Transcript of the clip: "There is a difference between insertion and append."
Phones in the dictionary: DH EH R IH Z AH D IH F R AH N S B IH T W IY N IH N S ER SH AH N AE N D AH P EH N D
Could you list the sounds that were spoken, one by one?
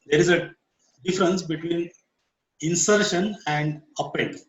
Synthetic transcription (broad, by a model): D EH R IH Z AH D IH F R AH N S B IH T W IY N IH N S ER SH AH N AE N D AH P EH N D